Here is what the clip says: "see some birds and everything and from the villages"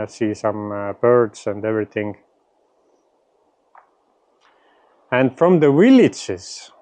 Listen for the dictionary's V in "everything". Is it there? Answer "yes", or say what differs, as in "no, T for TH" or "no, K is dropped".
yes